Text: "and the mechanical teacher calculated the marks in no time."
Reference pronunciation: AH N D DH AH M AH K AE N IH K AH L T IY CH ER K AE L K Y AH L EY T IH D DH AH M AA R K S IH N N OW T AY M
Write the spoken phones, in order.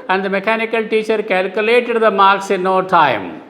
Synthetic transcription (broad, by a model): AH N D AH M AH K AE N IH K AH L T IY CH ER K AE L K Y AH L EY T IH D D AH M AA R K S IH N N OW T AY M